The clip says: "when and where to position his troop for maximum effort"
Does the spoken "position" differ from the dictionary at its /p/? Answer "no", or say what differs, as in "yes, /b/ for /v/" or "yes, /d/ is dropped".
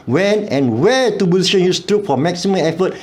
yes, /b/ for /p/